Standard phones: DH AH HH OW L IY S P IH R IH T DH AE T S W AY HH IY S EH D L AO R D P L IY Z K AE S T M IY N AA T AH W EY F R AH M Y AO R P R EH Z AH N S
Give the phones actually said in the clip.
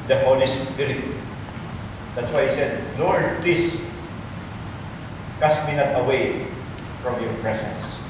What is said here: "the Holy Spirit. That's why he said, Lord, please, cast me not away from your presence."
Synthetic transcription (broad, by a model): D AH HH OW N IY S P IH R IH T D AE T S W AY HH IY S EH D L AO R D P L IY S K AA S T M IY N AA T AH W EY F R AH M Y AO R P R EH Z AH N S